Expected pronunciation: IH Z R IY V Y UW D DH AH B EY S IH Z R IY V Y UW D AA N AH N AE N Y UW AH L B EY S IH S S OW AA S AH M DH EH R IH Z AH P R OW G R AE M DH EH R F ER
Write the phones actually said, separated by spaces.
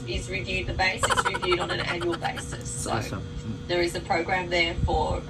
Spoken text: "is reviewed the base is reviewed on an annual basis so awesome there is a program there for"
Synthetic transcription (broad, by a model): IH Z R IY V Y UW D DH AH B EY S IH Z R IY V Y UW D N AH N AE N Y UW AH L B EY S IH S S OW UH AH DH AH R IH Z AH P R OW G R AE M DH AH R F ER